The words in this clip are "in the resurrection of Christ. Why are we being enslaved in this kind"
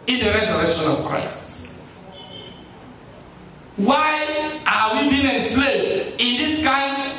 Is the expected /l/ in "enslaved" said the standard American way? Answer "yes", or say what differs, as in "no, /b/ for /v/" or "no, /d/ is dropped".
no, /w/ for /l/